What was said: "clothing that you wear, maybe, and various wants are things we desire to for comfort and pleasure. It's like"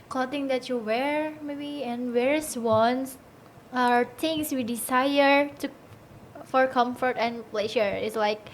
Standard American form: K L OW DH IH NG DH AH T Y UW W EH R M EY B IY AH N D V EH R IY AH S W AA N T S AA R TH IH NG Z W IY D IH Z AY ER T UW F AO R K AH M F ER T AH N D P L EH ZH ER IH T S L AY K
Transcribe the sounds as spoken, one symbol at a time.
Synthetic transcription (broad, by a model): K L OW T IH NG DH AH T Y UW W EH R M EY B IY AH N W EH R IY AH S W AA N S AA R T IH NG S W IY D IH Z AY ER T UW F AO R K AH M F ER T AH N P L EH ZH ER IH T S L AY K